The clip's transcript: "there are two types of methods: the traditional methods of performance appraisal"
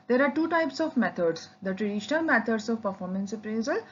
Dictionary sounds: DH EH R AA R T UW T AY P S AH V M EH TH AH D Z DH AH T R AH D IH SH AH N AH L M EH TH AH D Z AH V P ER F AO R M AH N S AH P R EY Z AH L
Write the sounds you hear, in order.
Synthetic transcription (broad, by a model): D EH R AA R T UW T AY P S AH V M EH T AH D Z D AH T R AH D IH SH AH N AH L M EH T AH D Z AH V P ER F AO R M AH N S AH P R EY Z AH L